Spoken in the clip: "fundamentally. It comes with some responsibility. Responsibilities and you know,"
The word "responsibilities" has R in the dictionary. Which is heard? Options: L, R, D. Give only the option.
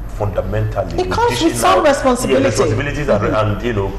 L